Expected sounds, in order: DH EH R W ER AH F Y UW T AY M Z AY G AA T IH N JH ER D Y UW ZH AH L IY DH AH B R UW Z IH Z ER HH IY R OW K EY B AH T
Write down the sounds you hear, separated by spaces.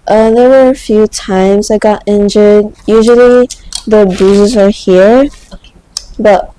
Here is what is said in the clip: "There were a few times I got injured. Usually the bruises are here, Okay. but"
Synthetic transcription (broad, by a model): DH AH R W ER AH F Y UW T AY M Z AY G AA T IH N JH ER D Y UW ZH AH L IY DH AH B UW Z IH Z ER HH IY R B AH T